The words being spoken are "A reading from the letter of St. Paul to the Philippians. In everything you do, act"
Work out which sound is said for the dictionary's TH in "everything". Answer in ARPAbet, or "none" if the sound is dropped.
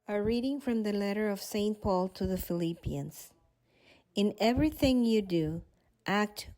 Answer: TH